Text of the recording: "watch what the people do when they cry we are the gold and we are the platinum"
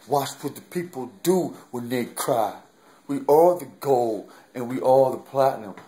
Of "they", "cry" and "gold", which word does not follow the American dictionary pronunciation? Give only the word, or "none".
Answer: gold